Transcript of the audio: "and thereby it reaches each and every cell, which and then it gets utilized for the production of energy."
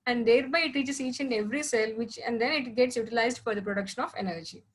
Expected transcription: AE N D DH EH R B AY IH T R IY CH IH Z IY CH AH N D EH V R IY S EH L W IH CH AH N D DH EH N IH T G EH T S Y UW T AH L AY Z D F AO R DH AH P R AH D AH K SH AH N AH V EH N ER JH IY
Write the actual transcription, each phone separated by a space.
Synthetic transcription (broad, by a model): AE N D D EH R B AY IH T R IY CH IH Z IY CH AH N D EH V R IY S EH L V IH CH AH N D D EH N IH T G EH T S Y UW T AH L AY Z D F AO R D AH P R AH D AH K SH AH N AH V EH N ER JH IY